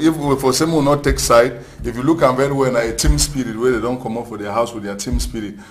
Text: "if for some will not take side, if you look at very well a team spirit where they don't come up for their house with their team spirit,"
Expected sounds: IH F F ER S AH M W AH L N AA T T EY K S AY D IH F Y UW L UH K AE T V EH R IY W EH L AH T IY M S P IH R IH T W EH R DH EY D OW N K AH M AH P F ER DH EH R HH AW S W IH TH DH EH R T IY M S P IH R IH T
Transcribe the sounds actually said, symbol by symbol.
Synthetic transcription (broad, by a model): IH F F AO S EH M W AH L N AA T T EY K S AY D IH F Y UW L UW K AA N V EH R IY W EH N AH T IY M S P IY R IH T W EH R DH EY D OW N K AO M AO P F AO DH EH HH AW S W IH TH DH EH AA T IY M S P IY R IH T